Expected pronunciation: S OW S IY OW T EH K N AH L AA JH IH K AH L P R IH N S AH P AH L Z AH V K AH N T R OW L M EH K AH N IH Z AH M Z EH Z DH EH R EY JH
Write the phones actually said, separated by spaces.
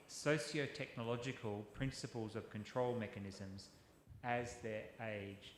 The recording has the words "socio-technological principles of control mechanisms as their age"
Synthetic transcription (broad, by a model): S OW S IY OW T EH K N AH L AA JH IH K AH L P R IH N S AH P AH L Z AH V K AH N T R OW L M EH K AH N IH Z AH M Z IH Z DH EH R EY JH